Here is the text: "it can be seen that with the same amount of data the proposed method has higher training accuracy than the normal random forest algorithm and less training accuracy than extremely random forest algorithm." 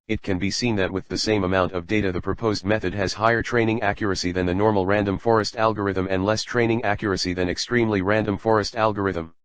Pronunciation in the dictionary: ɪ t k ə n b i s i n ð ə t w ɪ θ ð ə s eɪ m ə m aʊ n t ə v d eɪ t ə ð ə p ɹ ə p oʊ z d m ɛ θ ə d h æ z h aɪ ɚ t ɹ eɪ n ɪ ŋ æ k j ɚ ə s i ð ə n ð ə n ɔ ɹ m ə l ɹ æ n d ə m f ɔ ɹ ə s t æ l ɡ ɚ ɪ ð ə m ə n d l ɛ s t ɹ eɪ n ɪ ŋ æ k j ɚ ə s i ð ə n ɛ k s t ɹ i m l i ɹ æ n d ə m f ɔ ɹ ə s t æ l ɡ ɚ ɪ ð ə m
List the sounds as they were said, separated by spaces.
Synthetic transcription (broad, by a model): ɪ t k ə n b i s i n ð ə t w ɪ ð ə s eɪ m ə m aʊ n t ə v d eɪ t ə ð ə p ɹ ə p oʊ z d m ɛ θ ə d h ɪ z h aɪ ɚ t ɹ eɪ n ɪ ŋ æ k j ɚ ə s i ð ə n ð ə n ɔ ɹ m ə l ɹ æ n d ə m f ɔ ɹ ə s t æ l ɡ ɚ ɪ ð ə m ə n d l ɛ s t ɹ eɪ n ɪ ŋ æ k j ɚ ə s i ð ə n ɛ k s t ɹ i m l i ɹ æ n d ə m f ɔ ɹ ə s t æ l ɡ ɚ ɪ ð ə m